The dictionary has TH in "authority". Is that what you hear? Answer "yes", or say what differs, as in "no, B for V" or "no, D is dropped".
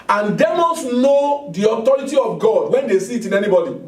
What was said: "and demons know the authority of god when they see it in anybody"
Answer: no, T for TH